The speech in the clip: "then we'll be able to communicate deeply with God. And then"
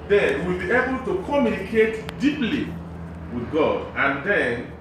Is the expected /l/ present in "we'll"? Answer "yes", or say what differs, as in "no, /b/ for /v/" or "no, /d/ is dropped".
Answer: yes